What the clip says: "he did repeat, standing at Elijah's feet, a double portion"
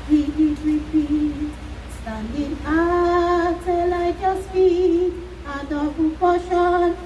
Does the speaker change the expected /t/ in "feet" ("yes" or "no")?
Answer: yes